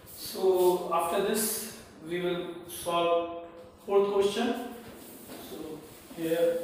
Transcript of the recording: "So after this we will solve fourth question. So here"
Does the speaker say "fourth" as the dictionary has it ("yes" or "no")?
no